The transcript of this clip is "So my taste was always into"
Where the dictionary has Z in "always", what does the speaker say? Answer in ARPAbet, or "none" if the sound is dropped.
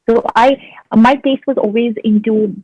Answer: Z